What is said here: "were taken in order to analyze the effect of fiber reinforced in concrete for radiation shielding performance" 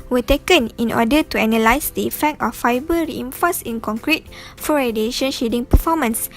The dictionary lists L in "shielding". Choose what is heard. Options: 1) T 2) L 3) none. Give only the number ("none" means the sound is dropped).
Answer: 3